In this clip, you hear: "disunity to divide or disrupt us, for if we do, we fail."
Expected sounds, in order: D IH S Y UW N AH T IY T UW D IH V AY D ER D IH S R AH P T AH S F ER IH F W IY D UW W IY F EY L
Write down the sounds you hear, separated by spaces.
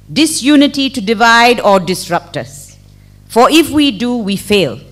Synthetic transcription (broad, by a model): D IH S Y UW N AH T IY T UW D IH V AY D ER D IH S R AH P T AH S F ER IH F W IY D UW W IY F EY L